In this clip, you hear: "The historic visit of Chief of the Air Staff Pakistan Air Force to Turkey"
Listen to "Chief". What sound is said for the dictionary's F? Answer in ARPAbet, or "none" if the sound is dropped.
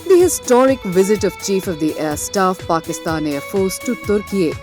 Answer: F